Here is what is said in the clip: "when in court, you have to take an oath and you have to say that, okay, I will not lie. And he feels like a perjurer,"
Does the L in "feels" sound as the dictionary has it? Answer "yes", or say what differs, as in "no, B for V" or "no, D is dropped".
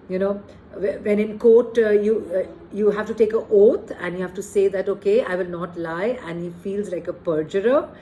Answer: yes